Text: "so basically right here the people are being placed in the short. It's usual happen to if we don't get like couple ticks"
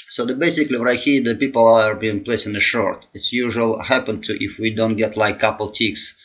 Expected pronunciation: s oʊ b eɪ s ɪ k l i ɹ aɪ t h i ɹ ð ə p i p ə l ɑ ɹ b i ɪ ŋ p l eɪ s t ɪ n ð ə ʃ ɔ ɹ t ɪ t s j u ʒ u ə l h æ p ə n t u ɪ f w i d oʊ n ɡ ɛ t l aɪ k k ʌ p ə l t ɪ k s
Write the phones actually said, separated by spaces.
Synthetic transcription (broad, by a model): s oʊ b eɪ s ɪ k l i w aɪ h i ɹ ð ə p i p ə l ɑ ɹ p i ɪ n p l eɪ s ɪ n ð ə ʃ ɔ ɹ t ɪ t s j u ʒ u ə l h æ p ə n t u ɪ f w i d oʊ n ɡ ɛ t l aɪ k k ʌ p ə l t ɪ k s